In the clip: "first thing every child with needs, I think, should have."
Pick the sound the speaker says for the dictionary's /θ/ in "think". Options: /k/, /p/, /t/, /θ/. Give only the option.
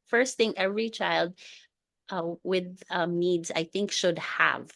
/θ/